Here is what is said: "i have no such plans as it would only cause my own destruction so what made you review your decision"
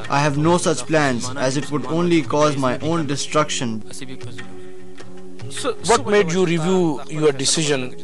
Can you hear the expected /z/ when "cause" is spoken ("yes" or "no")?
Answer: yes